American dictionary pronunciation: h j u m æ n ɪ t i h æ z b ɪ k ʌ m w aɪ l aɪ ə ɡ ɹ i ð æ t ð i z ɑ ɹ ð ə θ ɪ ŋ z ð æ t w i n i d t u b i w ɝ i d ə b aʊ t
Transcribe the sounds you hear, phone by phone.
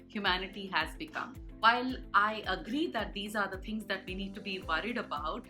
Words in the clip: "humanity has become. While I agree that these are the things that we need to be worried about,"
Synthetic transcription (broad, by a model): h j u m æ n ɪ t i h æ z b ɪ k ʌ m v aɪ l aɪ ə ɡ ɹ i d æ t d i z ɑ ɹ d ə t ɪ ŋ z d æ t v i n i d t u b i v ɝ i d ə b aʊ t